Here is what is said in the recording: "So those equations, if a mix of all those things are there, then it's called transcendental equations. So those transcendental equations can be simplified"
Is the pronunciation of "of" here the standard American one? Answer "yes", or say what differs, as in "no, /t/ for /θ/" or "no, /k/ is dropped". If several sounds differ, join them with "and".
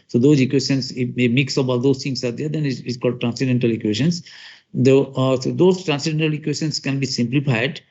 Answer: no, /b/ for /v/